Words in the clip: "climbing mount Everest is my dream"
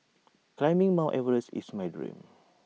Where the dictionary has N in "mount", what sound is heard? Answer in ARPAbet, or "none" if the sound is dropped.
none